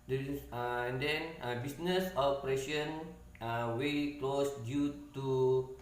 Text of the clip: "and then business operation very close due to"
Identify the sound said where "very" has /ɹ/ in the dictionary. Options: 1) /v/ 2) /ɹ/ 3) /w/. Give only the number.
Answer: 3